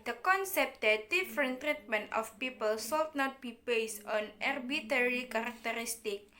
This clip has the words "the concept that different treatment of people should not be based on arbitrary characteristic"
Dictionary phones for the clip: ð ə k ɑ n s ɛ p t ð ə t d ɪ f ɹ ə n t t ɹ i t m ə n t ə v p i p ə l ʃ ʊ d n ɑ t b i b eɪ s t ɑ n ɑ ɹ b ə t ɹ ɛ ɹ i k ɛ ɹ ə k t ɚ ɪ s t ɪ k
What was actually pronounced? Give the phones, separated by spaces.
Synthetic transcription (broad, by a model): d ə k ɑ n s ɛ p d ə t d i f ɹ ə n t t ɹ i t m ə n t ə f p i p ə l s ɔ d n ɑ t b i b eɪ s t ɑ n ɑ ɹ b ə t ɛ ɹ i k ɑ ɹ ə k t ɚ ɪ s t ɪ k